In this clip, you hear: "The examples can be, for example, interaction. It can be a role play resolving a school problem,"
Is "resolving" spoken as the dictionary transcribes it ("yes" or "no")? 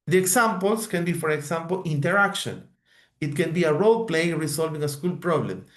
no